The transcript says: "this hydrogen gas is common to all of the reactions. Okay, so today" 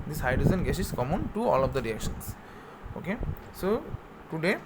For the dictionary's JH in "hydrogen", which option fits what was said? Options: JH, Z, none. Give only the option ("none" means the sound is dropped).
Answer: Z